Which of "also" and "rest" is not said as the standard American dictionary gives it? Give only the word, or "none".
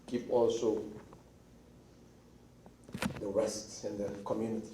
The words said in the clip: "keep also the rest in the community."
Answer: rest